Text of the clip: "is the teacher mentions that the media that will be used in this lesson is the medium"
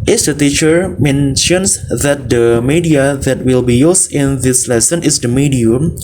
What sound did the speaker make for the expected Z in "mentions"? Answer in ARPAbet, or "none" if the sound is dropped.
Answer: S